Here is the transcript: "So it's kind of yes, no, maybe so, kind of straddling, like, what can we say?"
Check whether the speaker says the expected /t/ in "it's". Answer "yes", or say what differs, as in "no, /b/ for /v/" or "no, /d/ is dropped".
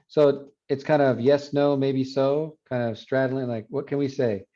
yes